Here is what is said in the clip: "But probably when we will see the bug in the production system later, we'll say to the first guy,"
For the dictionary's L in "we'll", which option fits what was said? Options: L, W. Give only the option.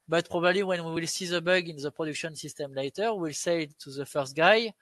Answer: L